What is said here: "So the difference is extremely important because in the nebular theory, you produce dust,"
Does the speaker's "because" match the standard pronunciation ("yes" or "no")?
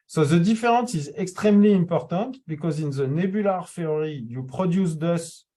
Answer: yes